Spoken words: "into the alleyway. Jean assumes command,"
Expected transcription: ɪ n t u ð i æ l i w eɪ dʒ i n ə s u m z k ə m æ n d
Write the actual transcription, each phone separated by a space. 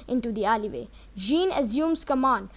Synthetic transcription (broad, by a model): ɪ n t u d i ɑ l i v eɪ dʒ i n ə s u m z k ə m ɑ n d